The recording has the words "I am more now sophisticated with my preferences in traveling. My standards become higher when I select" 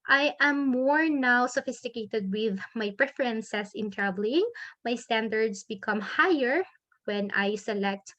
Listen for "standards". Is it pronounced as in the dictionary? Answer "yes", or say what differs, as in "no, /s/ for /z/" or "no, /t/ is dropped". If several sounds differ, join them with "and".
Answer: no, /s/ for /z/